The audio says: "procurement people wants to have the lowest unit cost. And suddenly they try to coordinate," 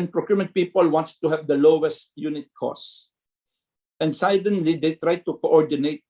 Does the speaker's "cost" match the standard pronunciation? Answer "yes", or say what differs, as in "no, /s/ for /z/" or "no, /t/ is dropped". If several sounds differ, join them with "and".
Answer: no, /t/ is dropped